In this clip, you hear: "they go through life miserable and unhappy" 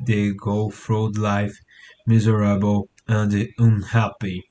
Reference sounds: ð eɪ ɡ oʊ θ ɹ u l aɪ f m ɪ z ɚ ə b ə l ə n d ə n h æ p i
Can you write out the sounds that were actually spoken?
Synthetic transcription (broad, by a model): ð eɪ ɡ oʊ f ɹ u l aɪ f m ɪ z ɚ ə b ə l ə n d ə n h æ p i